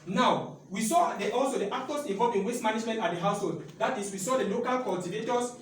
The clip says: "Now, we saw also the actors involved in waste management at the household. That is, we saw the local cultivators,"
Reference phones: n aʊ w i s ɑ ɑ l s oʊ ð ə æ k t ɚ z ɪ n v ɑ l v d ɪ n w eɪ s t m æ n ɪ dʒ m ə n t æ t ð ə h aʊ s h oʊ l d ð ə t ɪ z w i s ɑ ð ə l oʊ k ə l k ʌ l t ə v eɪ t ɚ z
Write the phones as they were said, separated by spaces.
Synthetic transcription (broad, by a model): n aʊ w i s ɑ ɑ l s oʊ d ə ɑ k t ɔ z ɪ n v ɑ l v ɪ n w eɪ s m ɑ n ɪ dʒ m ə n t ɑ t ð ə h aʊ s h oʊ l d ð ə t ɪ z w i s ɑ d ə l oʊ k ə l k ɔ l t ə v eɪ t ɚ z